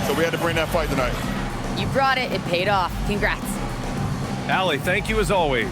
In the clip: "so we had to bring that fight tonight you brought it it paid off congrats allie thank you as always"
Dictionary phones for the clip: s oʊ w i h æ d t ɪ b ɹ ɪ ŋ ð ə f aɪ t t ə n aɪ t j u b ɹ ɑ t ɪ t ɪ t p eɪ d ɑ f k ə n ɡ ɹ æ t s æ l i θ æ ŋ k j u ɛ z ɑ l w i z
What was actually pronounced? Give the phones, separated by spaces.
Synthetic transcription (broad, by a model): s oʊ w i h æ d t ɪ b ɹ ɪ ŋ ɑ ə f aɪ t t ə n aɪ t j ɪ b ɹ ɑ t ɪ t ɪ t p eɪ d ɑ f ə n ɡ ɹ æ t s æ l i θ æ ŋ k j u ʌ z ɑ l w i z